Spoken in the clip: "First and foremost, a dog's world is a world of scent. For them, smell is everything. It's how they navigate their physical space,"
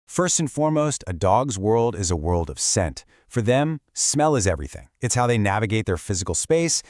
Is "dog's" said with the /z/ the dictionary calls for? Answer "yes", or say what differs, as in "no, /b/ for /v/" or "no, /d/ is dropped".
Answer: yes